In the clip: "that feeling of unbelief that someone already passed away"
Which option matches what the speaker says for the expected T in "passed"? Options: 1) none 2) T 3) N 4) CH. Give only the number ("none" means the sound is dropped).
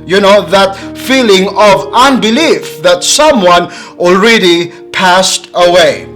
2